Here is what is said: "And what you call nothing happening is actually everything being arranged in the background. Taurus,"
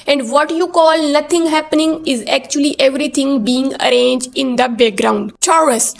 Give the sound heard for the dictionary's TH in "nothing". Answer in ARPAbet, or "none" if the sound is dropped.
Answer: T